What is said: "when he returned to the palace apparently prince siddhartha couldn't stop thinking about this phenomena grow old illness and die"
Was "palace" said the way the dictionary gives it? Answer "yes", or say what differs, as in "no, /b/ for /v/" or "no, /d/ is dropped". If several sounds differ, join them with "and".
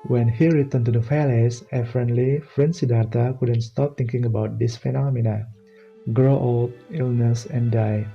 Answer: no, /f/ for /p/